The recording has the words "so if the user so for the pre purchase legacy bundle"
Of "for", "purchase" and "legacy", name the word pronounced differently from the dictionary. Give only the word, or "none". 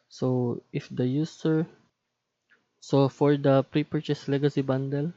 none